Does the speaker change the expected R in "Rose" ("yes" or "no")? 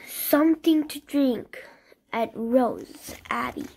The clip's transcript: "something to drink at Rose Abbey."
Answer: no